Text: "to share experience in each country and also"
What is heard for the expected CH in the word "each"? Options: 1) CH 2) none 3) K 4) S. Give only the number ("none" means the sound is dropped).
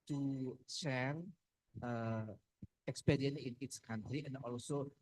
4